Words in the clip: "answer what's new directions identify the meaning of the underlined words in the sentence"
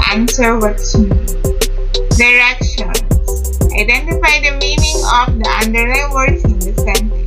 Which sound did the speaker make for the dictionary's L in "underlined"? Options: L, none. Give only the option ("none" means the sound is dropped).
none